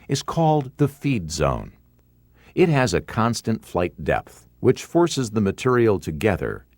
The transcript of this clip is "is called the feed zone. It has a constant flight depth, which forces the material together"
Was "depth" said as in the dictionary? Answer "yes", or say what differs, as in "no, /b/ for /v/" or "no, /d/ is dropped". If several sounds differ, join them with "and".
yes